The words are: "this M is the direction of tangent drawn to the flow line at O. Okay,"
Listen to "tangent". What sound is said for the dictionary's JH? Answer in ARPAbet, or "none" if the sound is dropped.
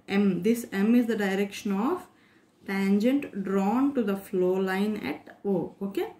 JH